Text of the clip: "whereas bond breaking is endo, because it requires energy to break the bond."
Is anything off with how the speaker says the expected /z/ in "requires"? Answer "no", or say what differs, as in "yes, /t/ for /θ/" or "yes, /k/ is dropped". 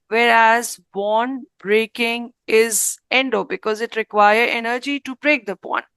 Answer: yes, /z/ is dropped